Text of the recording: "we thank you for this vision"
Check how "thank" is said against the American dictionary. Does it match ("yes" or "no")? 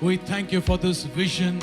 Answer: yes